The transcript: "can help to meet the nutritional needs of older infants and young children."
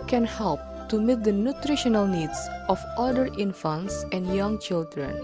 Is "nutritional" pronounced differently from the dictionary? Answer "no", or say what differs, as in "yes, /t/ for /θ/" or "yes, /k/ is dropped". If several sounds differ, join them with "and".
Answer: no